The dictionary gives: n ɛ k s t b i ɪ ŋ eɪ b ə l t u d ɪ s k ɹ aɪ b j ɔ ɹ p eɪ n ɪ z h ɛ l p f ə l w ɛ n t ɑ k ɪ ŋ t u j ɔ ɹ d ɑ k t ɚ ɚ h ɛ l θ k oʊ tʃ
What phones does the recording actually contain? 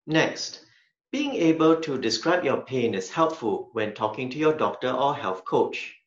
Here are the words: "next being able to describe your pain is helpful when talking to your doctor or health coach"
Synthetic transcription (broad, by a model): n ɛ k s t b i ɪ ŋ eɪ b ə l t u d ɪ s k ɹ aɪ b j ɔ p eɪ n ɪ s h ɛ l p f ə l w ɛ n t ɑ k ɪ ŋ t u j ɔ d ɑ k t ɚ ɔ h ɛ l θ k oʊ tʃ